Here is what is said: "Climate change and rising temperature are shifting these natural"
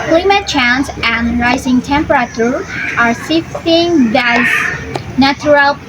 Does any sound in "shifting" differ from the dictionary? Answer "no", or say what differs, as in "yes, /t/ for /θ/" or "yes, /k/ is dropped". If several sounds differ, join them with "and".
yes, /s/ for /ʃ/